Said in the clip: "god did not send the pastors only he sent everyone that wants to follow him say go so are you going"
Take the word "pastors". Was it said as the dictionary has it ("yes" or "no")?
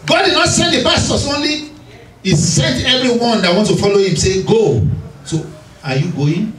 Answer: no